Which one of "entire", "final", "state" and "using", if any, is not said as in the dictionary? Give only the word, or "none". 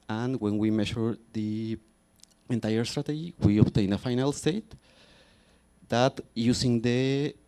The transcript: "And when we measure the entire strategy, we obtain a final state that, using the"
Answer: using